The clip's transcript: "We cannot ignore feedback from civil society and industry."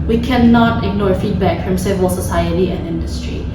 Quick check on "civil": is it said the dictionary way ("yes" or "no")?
yes